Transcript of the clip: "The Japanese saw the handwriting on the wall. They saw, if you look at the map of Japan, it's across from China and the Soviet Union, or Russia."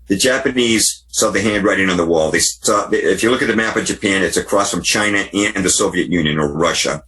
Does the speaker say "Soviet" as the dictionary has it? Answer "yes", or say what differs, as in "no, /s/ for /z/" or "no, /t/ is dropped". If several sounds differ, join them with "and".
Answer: yes